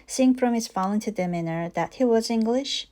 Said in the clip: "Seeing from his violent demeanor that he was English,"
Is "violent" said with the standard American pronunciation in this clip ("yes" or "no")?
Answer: no